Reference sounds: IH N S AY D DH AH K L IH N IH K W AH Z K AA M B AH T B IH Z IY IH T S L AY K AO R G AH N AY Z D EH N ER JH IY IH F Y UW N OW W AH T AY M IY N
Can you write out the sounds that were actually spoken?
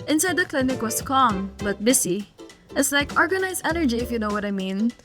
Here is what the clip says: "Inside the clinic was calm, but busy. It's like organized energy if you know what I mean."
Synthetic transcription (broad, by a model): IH N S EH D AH K L IH N IH K W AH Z K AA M B AH T B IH S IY IH T S L AY K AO R G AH N AY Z EH N ER JH IY IH F Y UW N OW W AH T AY M IY N